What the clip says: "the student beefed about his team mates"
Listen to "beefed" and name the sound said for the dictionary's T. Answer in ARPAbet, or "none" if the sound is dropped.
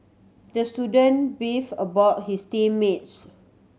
none